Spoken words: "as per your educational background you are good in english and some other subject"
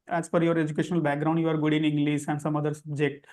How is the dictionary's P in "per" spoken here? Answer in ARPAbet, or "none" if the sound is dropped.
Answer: F